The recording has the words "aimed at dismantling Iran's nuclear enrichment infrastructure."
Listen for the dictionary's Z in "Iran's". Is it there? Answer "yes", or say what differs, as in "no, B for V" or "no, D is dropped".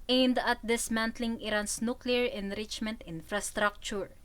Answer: no, S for Z